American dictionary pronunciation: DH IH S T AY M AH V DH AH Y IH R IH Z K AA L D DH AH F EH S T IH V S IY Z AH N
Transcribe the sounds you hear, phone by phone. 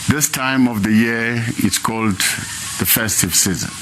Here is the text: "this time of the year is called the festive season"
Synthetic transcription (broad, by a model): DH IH S T AY M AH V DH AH Y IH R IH S K AA L D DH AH F EH S T IH V S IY Z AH N